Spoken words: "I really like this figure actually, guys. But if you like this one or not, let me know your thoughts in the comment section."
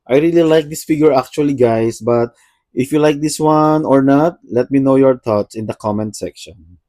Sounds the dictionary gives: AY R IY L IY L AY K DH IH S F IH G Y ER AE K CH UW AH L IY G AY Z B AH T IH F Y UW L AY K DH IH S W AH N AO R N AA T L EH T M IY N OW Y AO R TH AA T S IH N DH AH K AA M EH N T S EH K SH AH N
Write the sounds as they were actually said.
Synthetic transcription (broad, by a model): AY R IY L IY L AY K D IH S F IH G Y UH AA K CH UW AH L IY G AY S B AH T IH F Y UW L AY K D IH S W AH N AO R N AA T L EH T M IY N OW Y AO R T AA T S IH N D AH K AA M EH N T S EH K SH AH N